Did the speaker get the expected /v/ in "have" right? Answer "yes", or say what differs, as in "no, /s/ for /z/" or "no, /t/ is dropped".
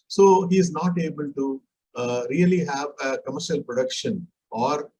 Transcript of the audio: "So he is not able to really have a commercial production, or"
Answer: yes